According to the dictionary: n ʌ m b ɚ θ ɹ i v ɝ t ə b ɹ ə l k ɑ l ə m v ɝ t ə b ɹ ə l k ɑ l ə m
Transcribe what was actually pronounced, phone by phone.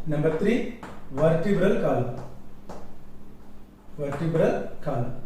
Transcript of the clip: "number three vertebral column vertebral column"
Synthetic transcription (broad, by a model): n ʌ m b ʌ t ɹ i v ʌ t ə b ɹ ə l k ɑ l ə m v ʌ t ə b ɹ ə l k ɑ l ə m